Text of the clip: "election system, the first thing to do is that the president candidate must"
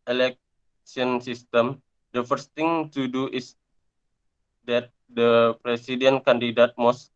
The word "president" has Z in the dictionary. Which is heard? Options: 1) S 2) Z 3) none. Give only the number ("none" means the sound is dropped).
1